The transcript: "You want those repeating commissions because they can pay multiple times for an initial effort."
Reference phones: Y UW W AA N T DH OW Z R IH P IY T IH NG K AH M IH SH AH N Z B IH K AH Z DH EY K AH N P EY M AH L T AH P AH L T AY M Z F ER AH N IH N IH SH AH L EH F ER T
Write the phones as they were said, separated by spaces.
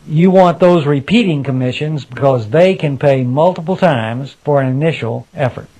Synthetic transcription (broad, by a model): Y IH W AA N DH OW Z R IH P IY T IH NG K AH M IH SH AH N Z B IH K AH Z DH EY K AH N P EY M AH L T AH P L T AY M Z F ER AH N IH N IH SH L EH F ER T